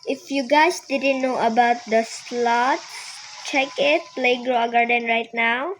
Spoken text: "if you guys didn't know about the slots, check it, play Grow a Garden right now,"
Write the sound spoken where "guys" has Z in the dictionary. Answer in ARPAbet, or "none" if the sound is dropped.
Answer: S